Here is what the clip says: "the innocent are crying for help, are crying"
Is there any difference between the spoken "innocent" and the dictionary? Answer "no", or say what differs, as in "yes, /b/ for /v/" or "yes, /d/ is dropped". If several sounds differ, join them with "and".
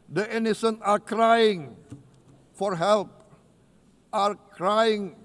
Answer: yes, /t/ is dropped